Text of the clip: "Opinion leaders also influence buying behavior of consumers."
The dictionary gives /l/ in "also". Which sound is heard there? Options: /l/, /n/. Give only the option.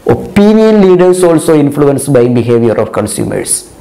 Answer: /l/